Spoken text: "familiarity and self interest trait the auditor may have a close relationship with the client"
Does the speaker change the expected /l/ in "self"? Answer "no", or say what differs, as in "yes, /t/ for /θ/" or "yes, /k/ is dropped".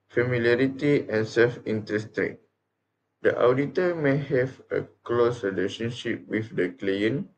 no